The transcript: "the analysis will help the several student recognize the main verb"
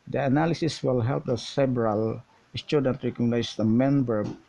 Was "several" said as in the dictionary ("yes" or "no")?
no